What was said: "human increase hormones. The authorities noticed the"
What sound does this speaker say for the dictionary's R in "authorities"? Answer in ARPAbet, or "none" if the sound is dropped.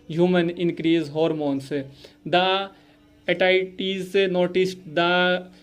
none